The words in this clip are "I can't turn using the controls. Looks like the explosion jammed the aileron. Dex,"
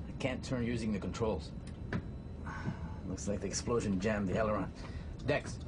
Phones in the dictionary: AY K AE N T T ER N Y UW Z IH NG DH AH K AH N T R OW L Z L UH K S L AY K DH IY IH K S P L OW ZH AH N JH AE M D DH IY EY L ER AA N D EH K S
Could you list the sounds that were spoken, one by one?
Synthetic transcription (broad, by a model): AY K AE N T T ER N Y UW Z IH NG DH AH K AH N T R OW L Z L UH K S L AY K DH IY IH K S P L OW ZH AH N JH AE M DH IY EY L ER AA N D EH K S